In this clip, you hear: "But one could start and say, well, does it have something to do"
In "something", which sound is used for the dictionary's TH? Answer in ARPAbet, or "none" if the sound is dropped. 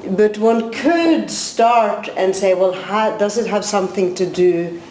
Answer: TH